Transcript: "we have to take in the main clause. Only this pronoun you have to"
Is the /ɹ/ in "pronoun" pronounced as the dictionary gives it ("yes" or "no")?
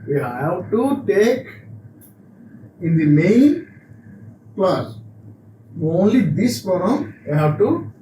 no